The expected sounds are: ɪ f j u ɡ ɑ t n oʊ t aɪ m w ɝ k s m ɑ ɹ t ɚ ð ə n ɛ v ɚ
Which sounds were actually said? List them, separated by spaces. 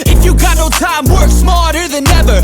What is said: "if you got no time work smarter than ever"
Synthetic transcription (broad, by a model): ɪ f j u ɡ ɑ t n oʊ t aɪ m w ɝ k s m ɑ l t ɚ ð ə n ɛ v ɚ